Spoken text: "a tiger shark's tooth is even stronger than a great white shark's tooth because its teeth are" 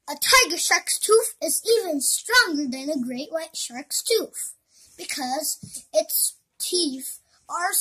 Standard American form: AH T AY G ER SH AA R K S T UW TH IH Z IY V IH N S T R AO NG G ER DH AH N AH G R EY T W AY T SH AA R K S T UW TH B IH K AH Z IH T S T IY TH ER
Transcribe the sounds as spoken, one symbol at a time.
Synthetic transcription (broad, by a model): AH T AY G ER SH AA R K S T UW F IH Z IY V IH N S T R AO NG G ER DH AH N AH G R EY T W AY T SH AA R K S T UW F B IH K AH Z IH T S T IY F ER